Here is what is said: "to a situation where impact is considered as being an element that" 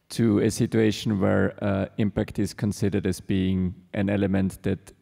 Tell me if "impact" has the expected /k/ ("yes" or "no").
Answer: yes